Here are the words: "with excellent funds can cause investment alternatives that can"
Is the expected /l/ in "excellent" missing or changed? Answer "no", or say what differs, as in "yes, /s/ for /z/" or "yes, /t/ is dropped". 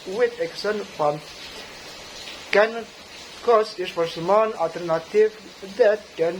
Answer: yes, /l/ is dropped